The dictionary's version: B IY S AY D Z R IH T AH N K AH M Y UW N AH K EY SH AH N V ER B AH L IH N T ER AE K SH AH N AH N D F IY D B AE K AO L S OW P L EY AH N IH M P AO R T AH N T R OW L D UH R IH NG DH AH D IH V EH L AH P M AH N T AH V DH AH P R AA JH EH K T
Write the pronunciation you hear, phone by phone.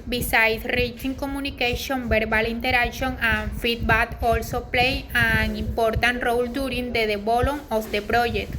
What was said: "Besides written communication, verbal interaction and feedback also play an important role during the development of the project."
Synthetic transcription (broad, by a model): B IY S AY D R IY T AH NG K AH M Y UW N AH K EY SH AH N B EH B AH L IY N T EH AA K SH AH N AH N F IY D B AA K AO L S OW P L EY AH N IH M P AO R T AH N T R OW L D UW R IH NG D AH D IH B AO L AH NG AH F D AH P R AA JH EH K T